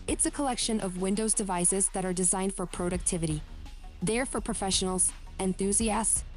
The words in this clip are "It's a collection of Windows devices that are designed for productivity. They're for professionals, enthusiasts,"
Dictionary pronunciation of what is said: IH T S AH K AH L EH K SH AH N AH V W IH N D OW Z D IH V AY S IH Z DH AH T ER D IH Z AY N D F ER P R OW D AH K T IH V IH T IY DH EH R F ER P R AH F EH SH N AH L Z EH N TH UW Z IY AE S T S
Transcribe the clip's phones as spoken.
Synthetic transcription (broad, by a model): IH T S AH K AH L EH K SH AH N AH V W IH N D OW Z D IH V AY S IH Z DH AH T ER D IH Z AY N D F ER P R OW D AH K T IH V IH T IY DH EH R F ER P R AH F EH SH N L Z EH N TH UW Z IY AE S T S